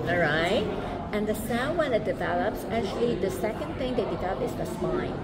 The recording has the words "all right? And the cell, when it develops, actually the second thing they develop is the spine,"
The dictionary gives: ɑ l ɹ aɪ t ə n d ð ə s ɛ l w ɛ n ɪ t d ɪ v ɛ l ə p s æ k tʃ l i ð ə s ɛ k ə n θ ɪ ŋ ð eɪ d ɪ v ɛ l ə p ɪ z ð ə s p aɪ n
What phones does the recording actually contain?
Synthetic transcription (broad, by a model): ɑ ɹ aɪ t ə n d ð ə s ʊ n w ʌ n ɪ t d ɪ v ɛ l ə p s æ k tʃ l i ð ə s ɛ k ə n θ ɪ ŋ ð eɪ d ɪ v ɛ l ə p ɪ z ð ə s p aɪ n